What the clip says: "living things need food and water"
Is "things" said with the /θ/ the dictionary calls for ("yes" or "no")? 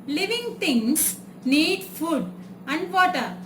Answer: no